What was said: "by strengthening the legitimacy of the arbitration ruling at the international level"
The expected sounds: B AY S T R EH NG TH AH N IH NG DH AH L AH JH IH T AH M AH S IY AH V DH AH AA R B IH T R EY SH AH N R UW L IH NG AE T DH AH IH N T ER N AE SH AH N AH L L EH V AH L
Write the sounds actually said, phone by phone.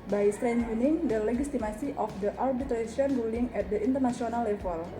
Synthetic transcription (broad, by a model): B AY S T R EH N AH N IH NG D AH L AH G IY T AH M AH S IY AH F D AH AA R B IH T R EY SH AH N R UW L IH NG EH T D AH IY N T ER N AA S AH N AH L L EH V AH L